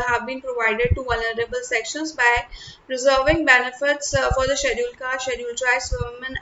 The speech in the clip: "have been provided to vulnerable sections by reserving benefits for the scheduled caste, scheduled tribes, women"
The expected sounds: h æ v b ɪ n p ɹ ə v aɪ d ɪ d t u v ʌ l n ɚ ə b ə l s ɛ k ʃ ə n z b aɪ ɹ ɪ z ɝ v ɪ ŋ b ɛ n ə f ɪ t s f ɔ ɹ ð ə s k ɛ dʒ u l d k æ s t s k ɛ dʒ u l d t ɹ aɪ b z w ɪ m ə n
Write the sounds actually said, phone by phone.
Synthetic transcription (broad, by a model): h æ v b ɪ n p ɹ ə v aɪ d ɪ d t u v ʌ l n ɚ ə b ə l s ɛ k ʃ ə n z b aɪ ɹ ɪ z ɝ v ɪ ŋ b ɛ n ə f ɪ t s f ɔ ɹ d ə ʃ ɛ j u l k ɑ t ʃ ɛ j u l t ɹ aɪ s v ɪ m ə n